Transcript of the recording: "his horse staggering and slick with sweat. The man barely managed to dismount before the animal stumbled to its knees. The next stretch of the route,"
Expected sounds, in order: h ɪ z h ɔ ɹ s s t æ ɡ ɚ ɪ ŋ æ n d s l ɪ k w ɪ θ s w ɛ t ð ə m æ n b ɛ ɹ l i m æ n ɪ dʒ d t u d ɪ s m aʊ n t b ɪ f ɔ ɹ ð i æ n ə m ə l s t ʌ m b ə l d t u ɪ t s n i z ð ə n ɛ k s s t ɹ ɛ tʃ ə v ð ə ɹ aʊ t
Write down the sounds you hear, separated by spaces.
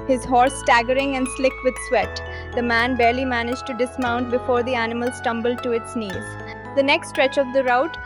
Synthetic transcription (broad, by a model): h ɪ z h ɔ ɹ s s t æ ɡ ɚ ɪ ŋ æ n d s l ɪ k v ɪ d s w ɛ t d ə m æ n b ɛ ɹ l i m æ n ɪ dʒ t u d ɪ s m aʊ n t b ɪ f ɔ ɹ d i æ n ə m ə l s t ʌ m b ə l d t u ɪ t s n i z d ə n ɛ k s s t ɹ ɛ tʃ ə v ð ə ɹ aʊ t